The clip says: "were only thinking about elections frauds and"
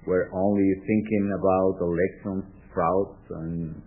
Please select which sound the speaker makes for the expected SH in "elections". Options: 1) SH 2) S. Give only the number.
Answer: 2